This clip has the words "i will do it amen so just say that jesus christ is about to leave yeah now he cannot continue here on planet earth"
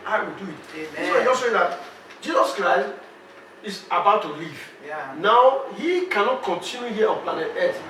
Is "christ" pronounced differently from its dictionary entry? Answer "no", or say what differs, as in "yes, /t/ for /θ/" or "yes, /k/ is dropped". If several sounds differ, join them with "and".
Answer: no